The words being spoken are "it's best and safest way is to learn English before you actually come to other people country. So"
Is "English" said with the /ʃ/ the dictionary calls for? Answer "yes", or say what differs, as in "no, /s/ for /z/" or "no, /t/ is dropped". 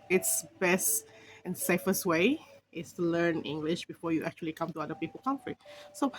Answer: yes